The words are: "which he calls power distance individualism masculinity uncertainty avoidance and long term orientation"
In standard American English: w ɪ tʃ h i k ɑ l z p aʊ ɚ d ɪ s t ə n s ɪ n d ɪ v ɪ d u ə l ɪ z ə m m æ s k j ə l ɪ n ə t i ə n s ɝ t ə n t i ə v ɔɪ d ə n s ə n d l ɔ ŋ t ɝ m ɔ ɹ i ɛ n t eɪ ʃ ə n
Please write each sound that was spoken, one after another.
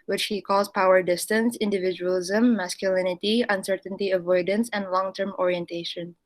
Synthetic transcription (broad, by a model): w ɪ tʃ h i k ɑ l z p aʊ ɚ d ɪ s t ə n s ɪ n d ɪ v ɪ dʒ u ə l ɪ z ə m m æ s k j ə l ɪ n ə t i ə n s ɝ t ə n t i ə v ɔɪ d ə n s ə n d l ɔ ŋ t ɝ m ɔ ɹ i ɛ n t eɪ ʃ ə n